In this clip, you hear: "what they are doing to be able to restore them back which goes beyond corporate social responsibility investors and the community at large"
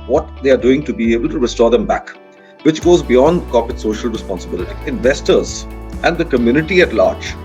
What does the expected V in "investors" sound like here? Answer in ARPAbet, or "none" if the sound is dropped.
V